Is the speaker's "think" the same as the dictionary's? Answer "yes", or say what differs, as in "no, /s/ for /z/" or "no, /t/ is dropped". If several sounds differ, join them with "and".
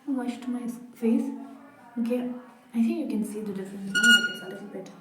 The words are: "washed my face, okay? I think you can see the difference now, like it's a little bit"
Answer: no, /t/ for /θ/